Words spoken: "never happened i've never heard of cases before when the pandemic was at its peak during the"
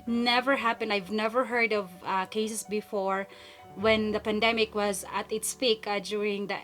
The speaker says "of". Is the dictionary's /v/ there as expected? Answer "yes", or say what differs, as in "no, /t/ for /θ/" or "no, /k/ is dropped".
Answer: yes